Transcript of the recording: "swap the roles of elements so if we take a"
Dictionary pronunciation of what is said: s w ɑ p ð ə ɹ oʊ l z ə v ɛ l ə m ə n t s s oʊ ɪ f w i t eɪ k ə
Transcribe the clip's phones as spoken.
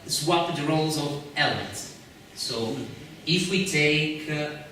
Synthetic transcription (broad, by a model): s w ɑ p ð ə ɹ oʊ l z ə v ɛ l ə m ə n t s s oʊ ɪ f w i t eɪ k